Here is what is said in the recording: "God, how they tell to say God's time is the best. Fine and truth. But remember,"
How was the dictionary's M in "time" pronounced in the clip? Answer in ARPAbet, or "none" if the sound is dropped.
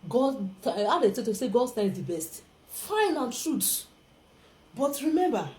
none